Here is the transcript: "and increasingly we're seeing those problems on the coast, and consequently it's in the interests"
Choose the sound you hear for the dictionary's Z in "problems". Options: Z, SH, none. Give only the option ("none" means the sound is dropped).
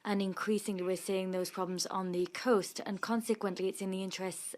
Z